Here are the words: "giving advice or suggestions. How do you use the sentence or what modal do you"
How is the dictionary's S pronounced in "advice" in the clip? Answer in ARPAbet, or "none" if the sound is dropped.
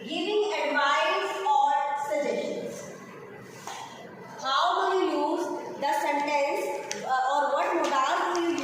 none